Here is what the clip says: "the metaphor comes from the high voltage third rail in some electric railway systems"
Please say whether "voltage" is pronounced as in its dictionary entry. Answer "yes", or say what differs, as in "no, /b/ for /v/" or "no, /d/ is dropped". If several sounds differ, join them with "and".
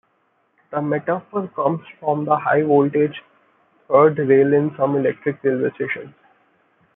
yes